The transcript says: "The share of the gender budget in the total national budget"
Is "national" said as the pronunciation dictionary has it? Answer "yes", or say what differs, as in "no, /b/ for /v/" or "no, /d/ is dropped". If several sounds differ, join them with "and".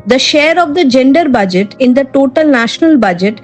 yes